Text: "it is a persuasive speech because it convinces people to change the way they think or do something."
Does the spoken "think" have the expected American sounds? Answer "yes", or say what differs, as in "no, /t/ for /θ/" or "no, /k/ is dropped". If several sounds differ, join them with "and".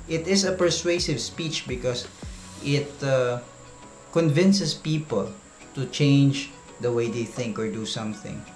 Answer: yes